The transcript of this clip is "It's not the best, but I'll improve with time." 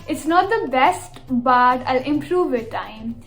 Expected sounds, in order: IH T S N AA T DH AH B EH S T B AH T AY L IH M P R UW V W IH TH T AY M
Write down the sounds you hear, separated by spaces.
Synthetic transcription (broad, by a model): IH T S N AA T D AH B EH S T B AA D AY L IH M P R UW V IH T AY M